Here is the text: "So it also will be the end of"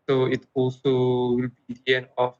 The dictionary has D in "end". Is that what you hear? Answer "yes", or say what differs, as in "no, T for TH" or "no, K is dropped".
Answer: no, D is dropped